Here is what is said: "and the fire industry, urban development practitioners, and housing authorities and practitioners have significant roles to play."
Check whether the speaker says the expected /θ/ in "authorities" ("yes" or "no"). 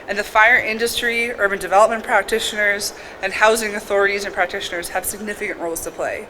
yes